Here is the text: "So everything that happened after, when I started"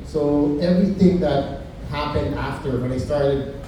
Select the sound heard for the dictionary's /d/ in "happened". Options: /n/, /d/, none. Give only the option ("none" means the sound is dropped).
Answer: /d/